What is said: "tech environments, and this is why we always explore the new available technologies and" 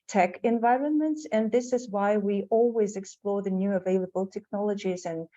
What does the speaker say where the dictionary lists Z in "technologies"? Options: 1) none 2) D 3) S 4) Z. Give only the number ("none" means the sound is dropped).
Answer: 4